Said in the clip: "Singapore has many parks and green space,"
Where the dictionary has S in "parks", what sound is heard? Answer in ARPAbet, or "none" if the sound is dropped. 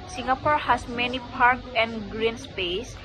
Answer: none